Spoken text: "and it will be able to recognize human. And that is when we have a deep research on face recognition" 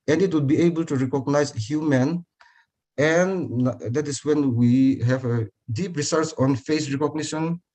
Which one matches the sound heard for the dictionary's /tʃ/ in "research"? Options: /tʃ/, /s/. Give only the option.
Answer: /s/